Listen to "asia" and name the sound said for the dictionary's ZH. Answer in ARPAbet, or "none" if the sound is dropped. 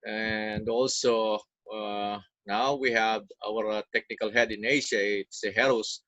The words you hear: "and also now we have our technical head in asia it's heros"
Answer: SH